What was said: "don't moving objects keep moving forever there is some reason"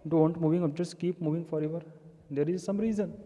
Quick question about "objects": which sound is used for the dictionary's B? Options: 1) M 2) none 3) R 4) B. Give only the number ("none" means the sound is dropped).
2